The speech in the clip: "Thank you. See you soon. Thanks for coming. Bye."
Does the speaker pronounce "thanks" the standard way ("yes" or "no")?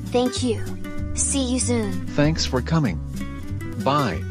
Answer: yes